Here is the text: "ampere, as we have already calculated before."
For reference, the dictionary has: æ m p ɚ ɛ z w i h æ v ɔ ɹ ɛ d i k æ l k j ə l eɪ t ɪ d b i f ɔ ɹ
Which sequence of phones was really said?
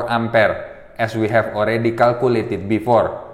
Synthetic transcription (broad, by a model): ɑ m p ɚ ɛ s w i h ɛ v ɔ ɹ ɛ d i k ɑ l k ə l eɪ t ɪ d b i f ɔ ɹ